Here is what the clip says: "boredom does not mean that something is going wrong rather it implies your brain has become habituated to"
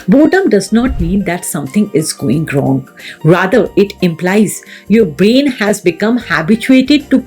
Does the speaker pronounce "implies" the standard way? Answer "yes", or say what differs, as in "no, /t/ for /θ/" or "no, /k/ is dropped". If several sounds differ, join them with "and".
yes